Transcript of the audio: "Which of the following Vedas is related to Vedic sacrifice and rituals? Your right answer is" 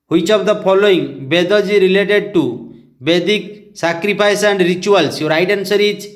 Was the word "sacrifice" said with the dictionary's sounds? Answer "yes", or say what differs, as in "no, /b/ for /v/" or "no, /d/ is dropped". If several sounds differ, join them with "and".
no, /p/ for /f/